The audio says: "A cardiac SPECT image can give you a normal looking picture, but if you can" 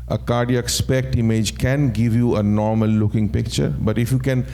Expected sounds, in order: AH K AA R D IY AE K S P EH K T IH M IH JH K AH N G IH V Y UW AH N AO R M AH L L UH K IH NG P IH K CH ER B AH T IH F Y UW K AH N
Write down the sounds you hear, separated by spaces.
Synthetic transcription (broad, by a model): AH K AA R D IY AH K S P EH K T IH M IH JH K AH N G IH V Y UW AH N AO R M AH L L UH K IH NG P IH K CH ER B AH T IH F Y UW K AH N